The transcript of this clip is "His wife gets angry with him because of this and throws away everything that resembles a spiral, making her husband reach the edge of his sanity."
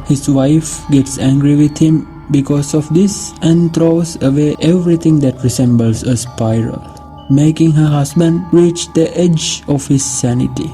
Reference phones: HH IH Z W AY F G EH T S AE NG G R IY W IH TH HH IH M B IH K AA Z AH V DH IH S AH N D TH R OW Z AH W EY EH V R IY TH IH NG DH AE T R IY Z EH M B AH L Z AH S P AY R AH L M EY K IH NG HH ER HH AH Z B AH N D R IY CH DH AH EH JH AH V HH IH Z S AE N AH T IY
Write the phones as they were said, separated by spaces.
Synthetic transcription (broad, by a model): HH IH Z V AY F G EH T S AE NG G R IY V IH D HH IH M B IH K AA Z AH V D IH S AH N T R OW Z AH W EY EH V R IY T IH NG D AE T R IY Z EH M B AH L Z AH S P AY R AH L M EY K IH NG HH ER HH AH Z B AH N D R IY CH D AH EH JH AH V HH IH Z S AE N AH T IY